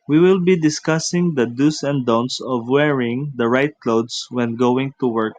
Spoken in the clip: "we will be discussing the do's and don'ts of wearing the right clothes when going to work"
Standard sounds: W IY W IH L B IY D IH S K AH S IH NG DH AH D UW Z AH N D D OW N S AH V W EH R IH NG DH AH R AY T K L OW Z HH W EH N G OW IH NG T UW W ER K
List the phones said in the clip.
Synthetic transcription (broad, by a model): W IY W IH L B IY D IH S K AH S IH NG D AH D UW S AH N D D OW N S AH V W EH R IH NG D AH R AY T K L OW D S W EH N G OW IH NG T UW W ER K